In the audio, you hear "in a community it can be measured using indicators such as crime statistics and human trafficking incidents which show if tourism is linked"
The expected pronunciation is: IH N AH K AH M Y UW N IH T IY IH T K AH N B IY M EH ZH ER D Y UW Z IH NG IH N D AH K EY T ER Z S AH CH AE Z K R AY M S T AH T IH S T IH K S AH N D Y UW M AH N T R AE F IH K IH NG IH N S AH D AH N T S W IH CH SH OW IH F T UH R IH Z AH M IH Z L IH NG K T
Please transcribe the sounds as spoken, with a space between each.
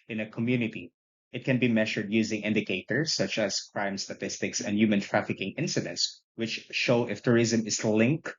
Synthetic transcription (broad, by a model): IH N AH K AH M Y UW N IH T IY IH T K AH N B IY M EH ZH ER D Y UW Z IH NG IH N D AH K EY T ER S AH CH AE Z K R AY M S T AH T IH S T IH K S AH N D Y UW M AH N T R AE F IH K IH NG IH N S AH D AH N T S W IH CH SH OW IH F T UH R IH Z AH M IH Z L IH NG K